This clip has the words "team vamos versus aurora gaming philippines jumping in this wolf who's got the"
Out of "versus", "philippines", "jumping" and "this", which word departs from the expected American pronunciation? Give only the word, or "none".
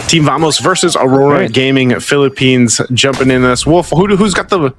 none